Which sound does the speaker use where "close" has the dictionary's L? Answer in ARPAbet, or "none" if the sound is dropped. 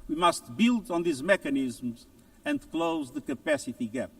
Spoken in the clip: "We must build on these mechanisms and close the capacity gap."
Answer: L